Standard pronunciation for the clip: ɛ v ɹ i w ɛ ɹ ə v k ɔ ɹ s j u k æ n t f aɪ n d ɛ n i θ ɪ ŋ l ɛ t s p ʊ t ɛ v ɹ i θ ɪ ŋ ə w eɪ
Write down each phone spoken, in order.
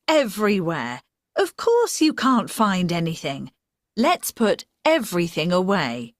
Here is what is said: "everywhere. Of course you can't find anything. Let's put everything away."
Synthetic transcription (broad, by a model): ɛ v ɹ i w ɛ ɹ ə v k ɔ ɹ s j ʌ k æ n t f aɪ n d ɛ n i θ ɪ ŋ l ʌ t s p ʊ t ɛ v ɹ i θ ɪ ŋ ə w eɪ